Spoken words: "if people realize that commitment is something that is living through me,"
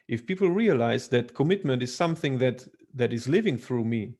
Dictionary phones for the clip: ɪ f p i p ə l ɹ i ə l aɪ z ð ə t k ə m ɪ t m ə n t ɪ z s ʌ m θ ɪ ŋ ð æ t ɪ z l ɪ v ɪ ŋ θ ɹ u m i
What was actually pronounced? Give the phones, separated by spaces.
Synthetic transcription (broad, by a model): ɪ f p i p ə l ɹ i ə l aɪ z ð ə t k ə m ɪ t m ə n t ɪ z s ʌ m θ ɪ ŋ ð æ t ɪ z l ɪ v ɪ ŋ θ ɹ u m i